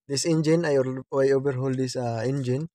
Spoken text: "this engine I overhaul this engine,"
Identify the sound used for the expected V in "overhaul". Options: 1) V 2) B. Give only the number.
2